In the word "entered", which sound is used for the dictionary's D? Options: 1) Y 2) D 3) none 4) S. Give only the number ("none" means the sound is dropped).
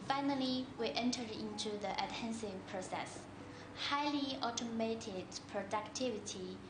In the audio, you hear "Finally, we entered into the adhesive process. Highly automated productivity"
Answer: 3